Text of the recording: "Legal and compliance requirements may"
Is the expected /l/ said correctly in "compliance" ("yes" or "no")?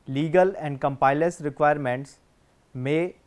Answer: no